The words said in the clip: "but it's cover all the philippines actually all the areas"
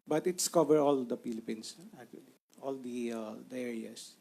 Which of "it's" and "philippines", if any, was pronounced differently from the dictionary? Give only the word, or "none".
philippines